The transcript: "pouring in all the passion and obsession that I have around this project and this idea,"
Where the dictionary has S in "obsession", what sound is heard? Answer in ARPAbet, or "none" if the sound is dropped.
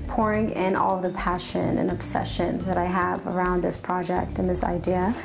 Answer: S